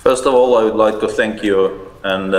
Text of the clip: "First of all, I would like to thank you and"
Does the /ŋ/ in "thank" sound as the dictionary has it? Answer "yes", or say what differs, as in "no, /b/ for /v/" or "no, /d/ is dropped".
yes